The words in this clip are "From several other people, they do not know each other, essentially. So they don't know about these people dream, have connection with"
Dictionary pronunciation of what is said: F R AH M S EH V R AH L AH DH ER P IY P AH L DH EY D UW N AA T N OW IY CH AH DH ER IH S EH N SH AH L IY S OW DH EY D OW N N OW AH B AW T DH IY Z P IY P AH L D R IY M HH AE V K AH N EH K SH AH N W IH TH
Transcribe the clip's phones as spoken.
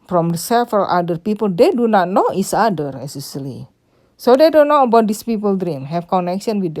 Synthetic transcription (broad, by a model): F R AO M S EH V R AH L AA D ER P IY P AH L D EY D UW N AA T N OW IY S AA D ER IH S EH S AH L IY S OW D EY D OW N N OW AH B AW T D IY S P IY P AH L D R IY M HH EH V K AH N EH K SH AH N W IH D